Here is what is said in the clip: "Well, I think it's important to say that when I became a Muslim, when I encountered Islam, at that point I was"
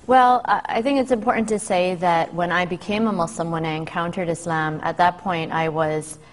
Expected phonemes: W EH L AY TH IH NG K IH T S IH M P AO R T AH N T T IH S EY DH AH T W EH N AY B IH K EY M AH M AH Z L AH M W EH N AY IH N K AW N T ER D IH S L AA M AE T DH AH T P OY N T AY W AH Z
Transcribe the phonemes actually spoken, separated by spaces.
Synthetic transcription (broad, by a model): W EH L AY TH IH NG K IH T S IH M P AO R T N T T IH S EY DH AH T W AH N AY B IH K EY M AH M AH S L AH M W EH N AY IH N K AW N T ER D IH S L AA M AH T DH AH T P OY N T AY W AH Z